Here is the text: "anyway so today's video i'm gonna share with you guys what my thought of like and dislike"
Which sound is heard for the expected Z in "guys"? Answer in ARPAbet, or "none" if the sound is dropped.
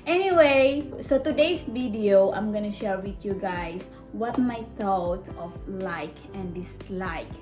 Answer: S